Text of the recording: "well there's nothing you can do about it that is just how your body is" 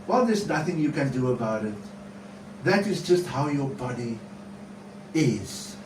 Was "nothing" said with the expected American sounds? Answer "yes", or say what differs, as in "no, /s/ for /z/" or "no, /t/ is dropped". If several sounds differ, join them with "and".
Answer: yes